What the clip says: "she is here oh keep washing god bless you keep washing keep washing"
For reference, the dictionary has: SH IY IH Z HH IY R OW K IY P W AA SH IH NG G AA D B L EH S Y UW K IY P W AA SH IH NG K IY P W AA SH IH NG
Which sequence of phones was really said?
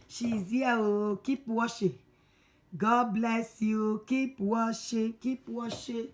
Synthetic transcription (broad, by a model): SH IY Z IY W OW K IY P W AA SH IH G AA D B L EH S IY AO K IY P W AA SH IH K IY P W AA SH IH